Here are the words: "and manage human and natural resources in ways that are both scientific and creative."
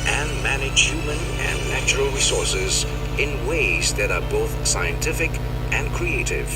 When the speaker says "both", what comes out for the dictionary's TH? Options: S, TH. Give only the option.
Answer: TH